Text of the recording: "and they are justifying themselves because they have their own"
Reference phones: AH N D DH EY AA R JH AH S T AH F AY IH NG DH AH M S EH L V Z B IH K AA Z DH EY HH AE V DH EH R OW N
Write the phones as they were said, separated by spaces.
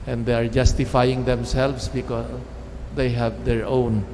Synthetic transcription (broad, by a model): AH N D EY AA R JH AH S T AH F AY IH NG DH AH M S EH L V S B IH K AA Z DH EY HH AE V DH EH R OW N